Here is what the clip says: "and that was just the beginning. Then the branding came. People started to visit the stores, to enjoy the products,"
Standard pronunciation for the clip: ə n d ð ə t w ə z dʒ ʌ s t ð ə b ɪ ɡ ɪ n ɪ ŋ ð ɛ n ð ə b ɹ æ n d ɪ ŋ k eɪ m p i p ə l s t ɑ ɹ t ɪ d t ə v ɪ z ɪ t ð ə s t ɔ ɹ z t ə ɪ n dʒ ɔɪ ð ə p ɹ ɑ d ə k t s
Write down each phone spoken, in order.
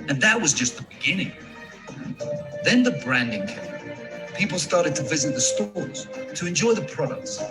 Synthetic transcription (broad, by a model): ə n ð ə t w ə z dʒ ʌ s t ð ə b ɪ ɡ ɪ n ɪ ŋ ð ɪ n ð ə b ɹ æ n d ɪ ŋ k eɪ p i p l s t ɑ ɹ t ɪ d t ə v ɪ z ɪ t ð ə s t ɔ ɹ z t ə ɪ n dʒ ɔɪ ð ə p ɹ ɑ d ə k t s